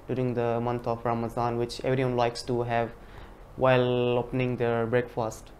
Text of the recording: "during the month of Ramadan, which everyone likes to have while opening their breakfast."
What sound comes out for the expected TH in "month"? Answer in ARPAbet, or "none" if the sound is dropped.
T